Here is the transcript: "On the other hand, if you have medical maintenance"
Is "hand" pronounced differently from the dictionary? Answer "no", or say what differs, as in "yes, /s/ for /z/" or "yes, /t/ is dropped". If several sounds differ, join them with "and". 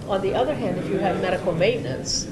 no